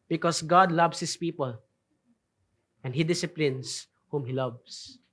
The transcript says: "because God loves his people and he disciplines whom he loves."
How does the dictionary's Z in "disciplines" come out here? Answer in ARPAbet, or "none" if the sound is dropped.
S